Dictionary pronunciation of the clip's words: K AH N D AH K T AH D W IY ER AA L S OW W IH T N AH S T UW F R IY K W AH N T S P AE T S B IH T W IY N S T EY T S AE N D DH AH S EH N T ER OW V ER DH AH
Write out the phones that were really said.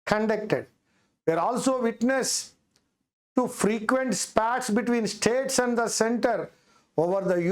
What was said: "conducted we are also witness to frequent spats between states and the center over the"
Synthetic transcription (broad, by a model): K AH N D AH K T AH D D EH ER AA L S OW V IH T N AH S T UW F R IY K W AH N T S P AE T S B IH T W IY N S T EY T S AE N D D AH S EH N T ER OW V ER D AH